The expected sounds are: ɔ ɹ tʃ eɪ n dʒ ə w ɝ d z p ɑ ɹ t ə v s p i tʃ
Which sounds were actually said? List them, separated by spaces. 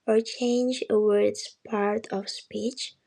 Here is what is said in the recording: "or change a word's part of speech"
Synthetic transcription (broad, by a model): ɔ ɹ tʃ eɪ n dʒ ə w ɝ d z p ɑ ɹ t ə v s p i tʃ